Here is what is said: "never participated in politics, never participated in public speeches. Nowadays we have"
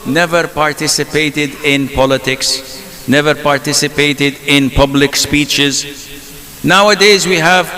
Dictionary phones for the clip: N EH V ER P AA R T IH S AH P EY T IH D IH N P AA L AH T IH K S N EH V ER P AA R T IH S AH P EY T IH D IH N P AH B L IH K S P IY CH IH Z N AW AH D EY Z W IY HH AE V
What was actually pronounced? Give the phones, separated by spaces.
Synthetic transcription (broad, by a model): N EH V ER P AA R T IH S AH P EY T IH D IH N P AA L AH T IH K S N EH V ER P AA R T IH S AH P EY T IH D IH N P AH B L IH K S P IY CH IH Z N AW AH D EY Z W IY HH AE V